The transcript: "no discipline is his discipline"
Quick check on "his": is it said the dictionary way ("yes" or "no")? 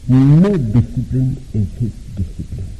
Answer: no